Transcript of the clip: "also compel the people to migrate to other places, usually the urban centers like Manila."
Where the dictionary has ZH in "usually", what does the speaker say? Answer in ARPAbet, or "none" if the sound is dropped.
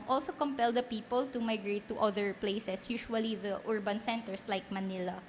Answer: SH